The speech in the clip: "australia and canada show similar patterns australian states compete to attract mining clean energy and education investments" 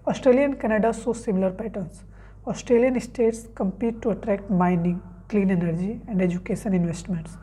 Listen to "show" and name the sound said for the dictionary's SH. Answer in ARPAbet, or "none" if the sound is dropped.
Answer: S